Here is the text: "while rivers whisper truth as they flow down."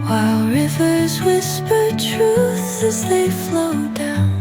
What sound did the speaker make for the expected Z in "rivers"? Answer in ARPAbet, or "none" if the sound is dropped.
Z